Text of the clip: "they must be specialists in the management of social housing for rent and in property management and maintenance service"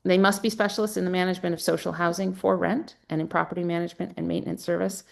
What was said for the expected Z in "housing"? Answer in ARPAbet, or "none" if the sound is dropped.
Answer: Z